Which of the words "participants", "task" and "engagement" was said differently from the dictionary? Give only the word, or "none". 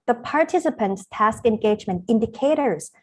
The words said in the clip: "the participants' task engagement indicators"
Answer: none